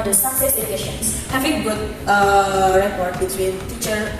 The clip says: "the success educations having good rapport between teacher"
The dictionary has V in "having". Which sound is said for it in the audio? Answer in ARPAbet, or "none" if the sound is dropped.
F